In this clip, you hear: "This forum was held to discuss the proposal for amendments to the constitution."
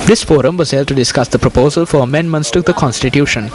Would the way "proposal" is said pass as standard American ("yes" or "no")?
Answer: yes